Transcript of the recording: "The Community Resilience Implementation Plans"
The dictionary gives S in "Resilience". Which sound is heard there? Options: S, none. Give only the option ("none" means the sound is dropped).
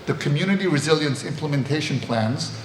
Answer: S